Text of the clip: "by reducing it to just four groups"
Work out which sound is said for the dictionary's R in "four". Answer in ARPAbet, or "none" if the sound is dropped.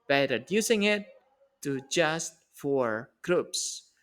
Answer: R